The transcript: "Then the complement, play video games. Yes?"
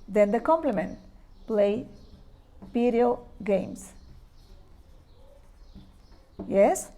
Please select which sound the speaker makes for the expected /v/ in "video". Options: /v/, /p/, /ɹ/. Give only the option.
/p/